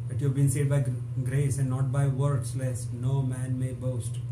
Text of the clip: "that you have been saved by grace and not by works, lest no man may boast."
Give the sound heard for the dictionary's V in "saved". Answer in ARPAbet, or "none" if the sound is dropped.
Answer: none